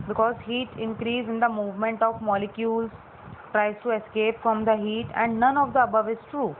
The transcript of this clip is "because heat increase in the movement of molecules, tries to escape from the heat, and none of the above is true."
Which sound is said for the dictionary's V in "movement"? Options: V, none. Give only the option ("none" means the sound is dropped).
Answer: V